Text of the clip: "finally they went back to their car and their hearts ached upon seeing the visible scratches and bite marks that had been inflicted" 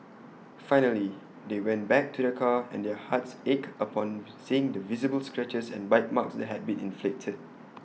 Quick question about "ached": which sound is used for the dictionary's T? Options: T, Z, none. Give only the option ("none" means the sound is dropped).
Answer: none